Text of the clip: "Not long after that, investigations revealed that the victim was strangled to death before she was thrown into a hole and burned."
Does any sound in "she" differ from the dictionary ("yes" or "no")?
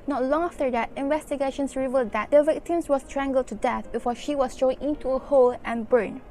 no